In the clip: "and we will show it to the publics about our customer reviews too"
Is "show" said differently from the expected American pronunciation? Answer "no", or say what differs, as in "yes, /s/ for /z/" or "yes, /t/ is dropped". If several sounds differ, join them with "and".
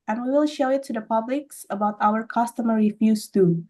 no